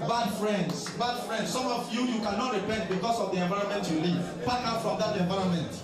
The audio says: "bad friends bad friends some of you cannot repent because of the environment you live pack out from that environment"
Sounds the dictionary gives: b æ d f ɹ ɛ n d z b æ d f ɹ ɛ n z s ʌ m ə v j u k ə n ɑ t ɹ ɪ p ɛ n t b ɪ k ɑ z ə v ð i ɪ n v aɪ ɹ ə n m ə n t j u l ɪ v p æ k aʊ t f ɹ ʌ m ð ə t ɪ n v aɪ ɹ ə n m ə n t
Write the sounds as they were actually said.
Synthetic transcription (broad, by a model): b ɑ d f ɹ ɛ n d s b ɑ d f ɹ ɛ n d s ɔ m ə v j u k ə n ɑ t ɹ ɪ p ɛ n t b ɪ k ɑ s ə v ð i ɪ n v aɪ ɹ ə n m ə n t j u l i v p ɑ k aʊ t f ɹ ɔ m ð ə t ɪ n v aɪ ɹ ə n m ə n t